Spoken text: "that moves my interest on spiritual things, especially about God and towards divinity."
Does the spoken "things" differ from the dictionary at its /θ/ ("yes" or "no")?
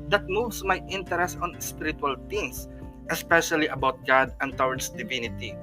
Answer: yes